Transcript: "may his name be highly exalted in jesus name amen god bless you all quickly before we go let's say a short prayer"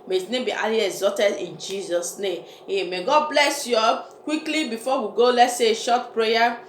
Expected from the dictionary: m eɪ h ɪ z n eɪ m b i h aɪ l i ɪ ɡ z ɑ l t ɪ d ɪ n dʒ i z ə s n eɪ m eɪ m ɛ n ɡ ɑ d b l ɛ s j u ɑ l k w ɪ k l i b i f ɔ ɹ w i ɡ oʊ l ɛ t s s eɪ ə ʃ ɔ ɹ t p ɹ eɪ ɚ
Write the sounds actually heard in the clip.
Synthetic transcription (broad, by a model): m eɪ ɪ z n eɪ m b i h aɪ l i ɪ z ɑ t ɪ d ɪ n dʒ i z ə s n eɪ m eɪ m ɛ ɡ ɑ d b l ɛ s j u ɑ k w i k l i b i f ɔ w i ɡ oʊ l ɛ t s s eɪ ʃ ɔ t p ɹ eɪ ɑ